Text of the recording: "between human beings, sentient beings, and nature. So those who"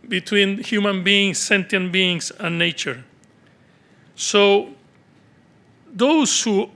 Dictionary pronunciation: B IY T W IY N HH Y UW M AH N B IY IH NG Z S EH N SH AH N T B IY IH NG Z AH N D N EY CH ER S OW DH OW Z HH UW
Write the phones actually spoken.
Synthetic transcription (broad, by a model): B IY T W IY N HH Y UW M AH N B IY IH NG S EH N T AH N B IY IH NG S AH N N EY CH ER S OW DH OW S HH UW